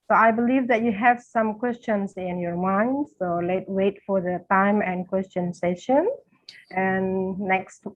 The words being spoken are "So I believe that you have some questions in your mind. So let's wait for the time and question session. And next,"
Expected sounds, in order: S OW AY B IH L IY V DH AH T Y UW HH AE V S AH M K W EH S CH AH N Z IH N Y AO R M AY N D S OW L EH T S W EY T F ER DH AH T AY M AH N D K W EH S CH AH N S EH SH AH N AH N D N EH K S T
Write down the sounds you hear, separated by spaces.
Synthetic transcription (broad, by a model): S OW AY B IH L IY V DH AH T Y UW HH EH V S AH M K W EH S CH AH N S IH N Y AO R M AY N D S OW L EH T W EY T F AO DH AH T AY M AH N K W EH S CH AH N S EH SH AH N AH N N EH K S T